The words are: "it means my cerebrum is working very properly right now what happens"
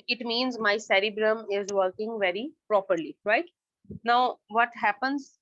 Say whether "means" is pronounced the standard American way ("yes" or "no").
yes